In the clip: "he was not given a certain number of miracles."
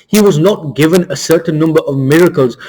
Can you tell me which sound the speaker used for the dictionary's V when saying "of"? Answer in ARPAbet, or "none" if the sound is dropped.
V